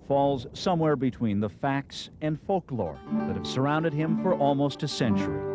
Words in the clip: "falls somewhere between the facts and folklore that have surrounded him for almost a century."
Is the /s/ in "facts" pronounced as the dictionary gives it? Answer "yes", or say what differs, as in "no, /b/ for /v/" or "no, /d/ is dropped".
yes